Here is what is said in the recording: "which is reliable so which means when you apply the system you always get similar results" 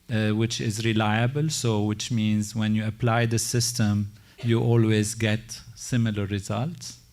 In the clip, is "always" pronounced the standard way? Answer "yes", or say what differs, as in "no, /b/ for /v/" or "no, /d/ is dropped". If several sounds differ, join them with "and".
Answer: yes